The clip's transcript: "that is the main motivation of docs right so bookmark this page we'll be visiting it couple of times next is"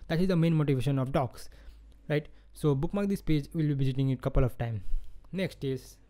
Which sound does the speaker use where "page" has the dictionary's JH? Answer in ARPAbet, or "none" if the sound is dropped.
JH